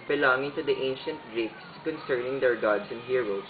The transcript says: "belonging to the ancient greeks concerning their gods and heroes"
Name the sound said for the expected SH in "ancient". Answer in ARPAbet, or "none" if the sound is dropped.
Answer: SH